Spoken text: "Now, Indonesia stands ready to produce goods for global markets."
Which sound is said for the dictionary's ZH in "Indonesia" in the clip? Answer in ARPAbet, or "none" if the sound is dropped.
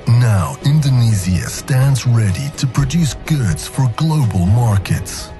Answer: Z